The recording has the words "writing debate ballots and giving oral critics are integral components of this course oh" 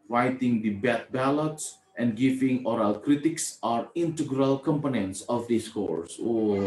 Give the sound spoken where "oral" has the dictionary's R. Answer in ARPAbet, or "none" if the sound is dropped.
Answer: R